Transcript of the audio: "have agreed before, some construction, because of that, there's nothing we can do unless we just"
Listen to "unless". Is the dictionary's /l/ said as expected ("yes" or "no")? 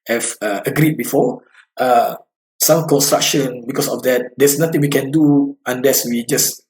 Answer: yes